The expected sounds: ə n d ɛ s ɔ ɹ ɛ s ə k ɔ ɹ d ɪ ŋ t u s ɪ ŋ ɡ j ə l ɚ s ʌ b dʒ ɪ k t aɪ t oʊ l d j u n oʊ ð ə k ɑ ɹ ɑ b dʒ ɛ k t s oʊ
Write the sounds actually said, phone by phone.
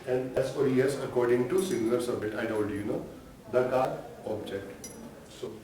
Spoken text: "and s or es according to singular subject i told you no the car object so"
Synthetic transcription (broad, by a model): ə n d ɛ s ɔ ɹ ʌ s ə k ɔ ɹ d ɪ ŋ t u s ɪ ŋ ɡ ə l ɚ s ʌ b dʒ ɪ k t aɪ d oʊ n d j u n oʊ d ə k ɑ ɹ ɑ b dʒ ɛ k t s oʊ